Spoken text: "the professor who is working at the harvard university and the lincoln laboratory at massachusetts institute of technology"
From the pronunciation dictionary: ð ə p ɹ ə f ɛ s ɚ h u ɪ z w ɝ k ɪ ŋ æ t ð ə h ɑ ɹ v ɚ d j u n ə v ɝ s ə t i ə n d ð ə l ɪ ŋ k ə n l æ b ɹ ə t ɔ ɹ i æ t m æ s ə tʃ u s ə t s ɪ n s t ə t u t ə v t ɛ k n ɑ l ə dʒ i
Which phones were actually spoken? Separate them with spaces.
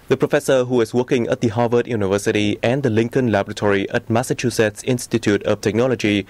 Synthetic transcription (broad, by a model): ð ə p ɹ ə f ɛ s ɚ h u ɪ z w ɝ k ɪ ŋ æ t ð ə h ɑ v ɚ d j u n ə v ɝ s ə t i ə n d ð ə l ɪ ŋ k ə n l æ b ɹ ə t ɔ ɹ i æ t m æ s ə tʃ u s ə t s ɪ n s t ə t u t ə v t ɛ k n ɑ l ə dʒ i